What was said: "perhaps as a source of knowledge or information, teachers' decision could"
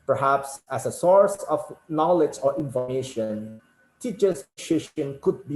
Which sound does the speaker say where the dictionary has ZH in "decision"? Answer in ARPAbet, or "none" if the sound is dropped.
SH